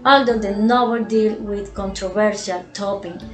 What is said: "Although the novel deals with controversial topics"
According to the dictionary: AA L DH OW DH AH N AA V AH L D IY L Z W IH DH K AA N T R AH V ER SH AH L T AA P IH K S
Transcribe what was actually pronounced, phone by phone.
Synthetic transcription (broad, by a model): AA L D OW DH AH N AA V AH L D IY L W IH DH K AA N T R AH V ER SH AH L T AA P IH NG